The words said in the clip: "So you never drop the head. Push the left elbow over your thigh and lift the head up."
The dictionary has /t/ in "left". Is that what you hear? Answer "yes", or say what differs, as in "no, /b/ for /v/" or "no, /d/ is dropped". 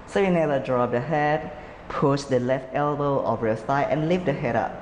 yes